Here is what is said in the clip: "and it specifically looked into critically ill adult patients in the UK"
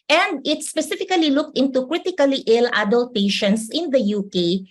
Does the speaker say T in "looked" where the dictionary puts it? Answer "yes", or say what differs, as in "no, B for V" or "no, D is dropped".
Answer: yes